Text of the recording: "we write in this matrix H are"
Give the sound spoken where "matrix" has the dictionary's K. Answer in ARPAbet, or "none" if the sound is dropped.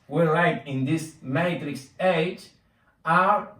K